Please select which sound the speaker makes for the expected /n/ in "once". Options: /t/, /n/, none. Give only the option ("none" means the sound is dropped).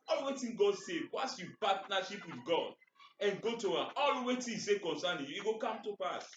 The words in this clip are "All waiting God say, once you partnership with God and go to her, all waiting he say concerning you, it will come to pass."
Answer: none